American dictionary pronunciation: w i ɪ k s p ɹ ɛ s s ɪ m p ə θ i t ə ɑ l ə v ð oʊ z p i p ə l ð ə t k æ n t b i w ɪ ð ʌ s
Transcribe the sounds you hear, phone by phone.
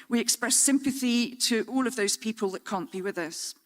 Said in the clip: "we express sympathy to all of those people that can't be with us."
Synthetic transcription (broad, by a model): w i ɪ k s p ɹ ɛ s s ɪ m p ə θ i t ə ɑ l ə v ð oʊ z p i p ə l ð ə t k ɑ n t b i w ɪ ð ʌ s